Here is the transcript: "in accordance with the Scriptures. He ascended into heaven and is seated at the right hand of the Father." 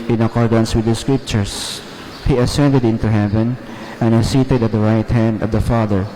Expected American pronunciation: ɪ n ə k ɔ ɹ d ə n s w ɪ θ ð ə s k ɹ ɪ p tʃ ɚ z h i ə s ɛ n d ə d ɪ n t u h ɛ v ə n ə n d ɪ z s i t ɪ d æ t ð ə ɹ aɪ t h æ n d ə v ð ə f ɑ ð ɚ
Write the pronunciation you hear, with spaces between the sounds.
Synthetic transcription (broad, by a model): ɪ n ə k ɔ ɹ d ə n s w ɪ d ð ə s k ɹ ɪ p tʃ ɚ s h i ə s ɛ n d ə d ɪ n t u h ɛ v ə n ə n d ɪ s i t ɪ d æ t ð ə ɹ aɪ t h æ n d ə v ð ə f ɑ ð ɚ